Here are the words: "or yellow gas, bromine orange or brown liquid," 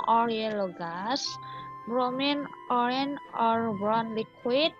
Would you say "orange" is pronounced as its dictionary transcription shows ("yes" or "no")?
no